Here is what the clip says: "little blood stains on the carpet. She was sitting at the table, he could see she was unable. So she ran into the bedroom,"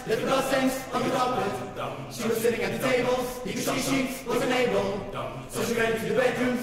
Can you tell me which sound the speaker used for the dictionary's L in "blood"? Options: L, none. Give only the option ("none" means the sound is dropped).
none